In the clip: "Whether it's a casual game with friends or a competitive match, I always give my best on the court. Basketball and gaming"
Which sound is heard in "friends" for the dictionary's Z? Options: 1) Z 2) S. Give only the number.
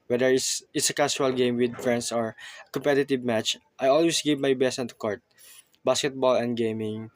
2